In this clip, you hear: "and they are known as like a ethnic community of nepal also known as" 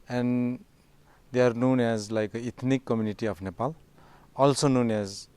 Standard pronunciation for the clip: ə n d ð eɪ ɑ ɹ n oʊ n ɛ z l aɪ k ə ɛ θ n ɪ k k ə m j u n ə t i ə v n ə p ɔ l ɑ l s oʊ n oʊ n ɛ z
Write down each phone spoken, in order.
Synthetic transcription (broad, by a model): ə n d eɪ ɑ ɹ n oʊ n ɛ z l aɪ k ə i t n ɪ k k ə m j u n ə t i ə p n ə p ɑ l ɑ l s oʊ n oʊ n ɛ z